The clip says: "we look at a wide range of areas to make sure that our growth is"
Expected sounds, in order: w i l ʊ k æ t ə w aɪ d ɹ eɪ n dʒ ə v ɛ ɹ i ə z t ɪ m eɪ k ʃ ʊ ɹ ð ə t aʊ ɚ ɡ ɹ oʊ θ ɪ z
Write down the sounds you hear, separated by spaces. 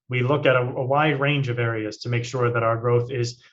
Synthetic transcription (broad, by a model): w i l ʊ k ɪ t ə w aɪ d ɹ eɪ n dʒ ə v ɛ ɹ i ə z t ɪ m eɪ k ʃ ʊ ɹ ð ə t aʊ ɚ ɡ ɹ oʊ θ ɪ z